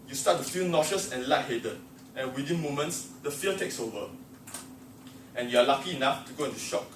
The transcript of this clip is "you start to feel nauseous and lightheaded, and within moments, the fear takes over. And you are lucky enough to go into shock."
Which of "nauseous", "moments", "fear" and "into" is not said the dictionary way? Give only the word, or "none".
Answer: fear